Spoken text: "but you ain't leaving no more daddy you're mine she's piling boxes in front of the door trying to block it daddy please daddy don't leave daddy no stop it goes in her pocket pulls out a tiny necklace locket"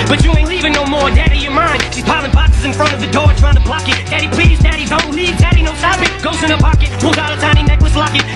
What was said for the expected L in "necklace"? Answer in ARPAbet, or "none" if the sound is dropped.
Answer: W